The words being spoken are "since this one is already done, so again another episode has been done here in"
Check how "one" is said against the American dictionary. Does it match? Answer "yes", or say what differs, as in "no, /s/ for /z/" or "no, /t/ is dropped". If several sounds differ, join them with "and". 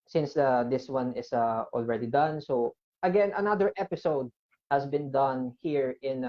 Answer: yes